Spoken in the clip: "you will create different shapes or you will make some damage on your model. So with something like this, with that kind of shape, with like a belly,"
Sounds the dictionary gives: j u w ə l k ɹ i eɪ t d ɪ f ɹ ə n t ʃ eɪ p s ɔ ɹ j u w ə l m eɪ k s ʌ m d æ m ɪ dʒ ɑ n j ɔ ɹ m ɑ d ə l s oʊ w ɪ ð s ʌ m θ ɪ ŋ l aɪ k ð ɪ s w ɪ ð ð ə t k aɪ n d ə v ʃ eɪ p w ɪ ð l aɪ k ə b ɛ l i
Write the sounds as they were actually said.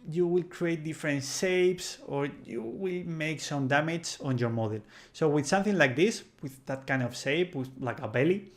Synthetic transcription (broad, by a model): j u w ə l k ɹ i eɪ t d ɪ f ɹ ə n t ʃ eɪ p s ɔ ɹ j u w ə l m eɪ k s ʌ m d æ m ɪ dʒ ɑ n j ɔ ɹ m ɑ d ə l s oʊ w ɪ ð s ʌ m θ ɪ ŋ l aɪ k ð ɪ s w ɪ ð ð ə t k aɪ n d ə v s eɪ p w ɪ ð l aɪ k ə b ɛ l i